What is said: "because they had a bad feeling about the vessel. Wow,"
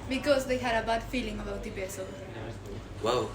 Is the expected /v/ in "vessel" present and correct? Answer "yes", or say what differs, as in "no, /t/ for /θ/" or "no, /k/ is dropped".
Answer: no, /b/ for /v/